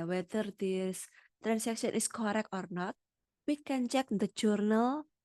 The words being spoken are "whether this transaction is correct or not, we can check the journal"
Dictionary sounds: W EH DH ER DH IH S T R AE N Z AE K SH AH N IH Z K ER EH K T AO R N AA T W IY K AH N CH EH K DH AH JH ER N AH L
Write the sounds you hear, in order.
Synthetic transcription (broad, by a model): W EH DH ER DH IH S T R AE N S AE K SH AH N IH S K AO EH K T AO R N AA T W IY K AH N CH EH K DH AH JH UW N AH L